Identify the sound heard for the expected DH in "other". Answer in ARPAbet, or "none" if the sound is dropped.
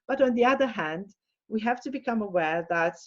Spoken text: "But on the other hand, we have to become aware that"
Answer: DH